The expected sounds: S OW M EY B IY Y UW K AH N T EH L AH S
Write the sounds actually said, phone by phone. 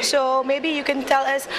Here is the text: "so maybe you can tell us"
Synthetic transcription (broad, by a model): S OW M EY B IY Y UW K AH N T EH L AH S